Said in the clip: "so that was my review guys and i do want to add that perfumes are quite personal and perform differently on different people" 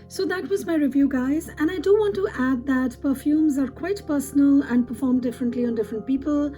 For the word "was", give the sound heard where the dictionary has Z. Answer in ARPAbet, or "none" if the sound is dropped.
Z